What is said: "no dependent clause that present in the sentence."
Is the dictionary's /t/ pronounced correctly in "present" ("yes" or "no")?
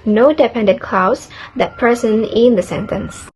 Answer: no